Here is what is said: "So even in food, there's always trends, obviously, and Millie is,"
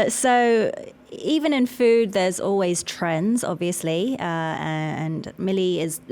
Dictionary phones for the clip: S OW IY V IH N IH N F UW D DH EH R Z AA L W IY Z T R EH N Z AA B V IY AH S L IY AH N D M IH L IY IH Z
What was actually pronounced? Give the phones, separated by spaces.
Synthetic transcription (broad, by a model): S OW IY V IH N IH N F UW D DH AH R Z AA L W IY Z T R EH N Z AA B V IY AH S L IY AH N M IH L IY IH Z